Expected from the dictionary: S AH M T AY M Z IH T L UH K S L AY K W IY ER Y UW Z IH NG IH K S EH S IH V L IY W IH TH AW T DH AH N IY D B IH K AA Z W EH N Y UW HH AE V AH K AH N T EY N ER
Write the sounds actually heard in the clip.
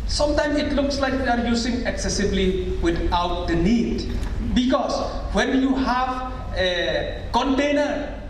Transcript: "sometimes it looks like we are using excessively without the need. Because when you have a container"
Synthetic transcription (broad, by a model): S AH M T AY M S IH T L UH K S L AY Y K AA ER Y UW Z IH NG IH K S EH S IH B L IY W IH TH AW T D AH N IY D B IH K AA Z W EH N Y UW HH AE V AH K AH N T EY N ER